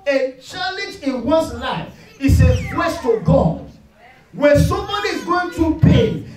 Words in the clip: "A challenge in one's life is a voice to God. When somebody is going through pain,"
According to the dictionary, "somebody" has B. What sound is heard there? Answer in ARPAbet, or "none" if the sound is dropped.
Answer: none